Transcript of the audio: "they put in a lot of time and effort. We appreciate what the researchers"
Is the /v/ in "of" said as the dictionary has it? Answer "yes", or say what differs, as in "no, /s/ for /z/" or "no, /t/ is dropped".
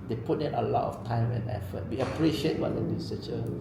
no, /f/ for /v/